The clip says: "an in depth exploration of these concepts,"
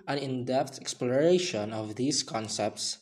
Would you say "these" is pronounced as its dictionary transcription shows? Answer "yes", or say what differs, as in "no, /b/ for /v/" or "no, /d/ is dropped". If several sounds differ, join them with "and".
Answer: no, /s/ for /z/